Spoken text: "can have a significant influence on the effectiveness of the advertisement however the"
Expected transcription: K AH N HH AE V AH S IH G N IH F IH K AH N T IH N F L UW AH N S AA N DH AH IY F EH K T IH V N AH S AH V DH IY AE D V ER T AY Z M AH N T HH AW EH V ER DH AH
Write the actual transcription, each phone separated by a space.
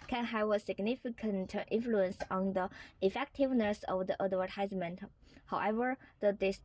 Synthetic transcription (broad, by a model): K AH N HH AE V AH S IH G N IH F IH K AH N T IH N F L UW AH N S AA N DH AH IY F EH K T IH V N AH S AH V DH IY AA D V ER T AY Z M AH N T HH AW EH V ER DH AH